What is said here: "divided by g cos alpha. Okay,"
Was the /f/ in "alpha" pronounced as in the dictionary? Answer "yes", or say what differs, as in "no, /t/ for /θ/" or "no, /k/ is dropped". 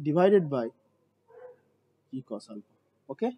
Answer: no, /p/ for /f/